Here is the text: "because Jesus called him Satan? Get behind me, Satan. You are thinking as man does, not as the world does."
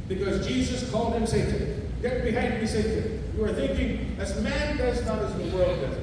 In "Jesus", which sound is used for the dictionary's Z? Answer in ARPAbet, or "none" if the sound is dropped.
Z